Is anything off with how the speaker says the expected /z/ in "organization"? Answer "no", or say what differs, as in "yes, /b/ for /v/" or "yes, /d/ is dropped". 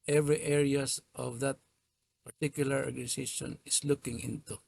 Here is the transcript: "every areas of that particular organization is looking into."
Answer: yes, /s/ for /z/